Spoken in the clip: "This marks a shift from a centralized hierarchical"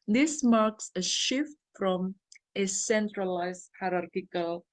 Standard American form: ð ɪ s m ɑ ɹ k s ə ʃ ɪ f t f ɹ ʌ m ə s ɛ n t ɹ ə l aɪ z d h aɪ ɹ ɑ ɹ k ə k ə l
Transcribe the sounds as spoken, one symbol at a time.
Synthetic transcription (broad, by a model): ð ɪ s m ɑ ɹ k s ə ʃ ɪ f t f ɹ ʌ m ə s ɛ n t ɹ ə l aɪ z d h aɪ ɹ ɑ ɹ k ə k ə l